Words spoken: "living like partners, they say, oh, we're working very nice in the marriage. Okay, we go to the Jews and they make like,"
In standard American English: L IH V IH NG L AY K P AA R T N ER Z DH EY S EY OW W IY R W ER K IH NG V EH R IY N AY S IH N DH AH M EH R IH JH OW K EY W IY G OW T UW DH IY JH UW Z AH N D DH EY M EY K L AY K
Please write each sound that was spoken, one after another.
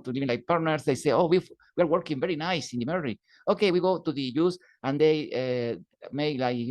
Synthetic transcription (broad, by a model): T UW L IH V L AY K P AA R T N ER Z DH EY S EY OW W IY R W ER K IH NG V EH R IY N AY S IH N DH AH M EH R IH OW K EY W IY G OW T UW DH IY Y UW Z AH N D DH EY M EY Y L AY